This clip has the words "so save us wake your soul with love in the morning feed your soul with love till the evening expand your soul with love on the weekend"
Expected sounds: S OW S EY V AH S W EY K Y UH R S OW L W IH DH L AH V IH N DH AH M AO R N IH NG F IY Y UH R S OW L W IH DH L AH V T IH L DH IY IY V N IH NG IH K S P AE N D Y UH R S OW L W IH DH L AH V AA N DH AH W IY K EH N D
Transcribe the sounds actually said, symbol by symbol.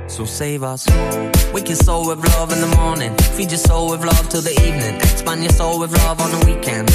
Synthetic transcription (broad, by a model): S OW S EY V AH S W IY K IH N S OW L W IH DH L AH V IH N DH AH M AO R N IH NG F IY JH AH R S OW L W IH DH L AH V T IH L DH IY IY V N IH NG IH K S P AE N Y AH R S OW L W IH DH L AH V N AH W IY K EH N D